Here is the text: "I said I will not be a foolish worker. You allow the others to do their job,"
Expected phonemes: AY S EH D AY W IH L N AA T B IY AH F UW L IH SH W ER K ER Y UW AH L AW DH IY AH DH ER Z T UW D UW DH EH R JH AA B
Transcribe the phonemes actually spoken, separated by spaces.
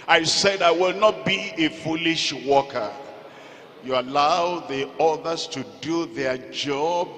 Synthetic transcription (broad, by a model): AY S EH D AY W IH L N AA T B IY AH F UW L IH SH W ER K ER Y UW AH L AW DH IY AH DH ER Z T UW D UW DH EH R JH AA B